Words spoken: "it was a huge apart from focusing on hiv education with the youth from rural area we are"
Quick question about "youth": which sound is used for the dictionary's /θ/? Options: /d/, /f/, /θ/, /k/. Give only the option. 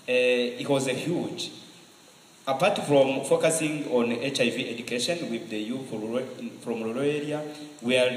/f/